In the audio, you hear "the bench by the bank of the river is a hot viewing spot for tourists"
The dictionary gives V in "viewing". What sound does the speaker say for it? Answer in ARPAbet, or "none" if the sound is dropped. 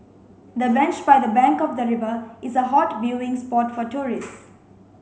B